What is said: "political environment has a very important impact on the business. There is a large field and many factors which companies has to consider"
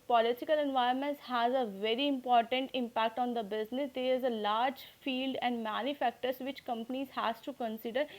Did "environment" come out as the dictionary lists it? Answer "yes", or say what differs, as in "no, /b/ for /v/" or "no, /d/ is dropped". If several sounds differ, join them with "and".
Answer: no, /ɹ/ is dropped